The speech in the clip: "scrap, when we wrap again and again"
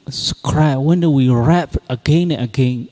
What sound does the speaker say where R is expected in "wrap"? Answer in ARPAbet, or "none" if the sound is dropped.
R